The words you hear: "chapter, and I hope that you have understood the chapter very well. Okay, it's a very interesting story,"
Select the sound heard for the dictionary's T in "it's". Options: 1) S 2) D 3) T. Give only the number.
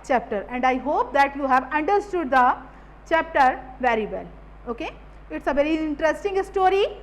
3